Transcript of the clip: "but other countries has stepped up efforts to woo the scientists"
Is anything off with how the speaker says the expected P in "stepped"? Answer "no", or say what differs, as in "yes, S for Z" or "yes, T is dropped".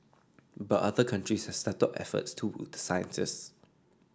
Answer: yes, P is dropped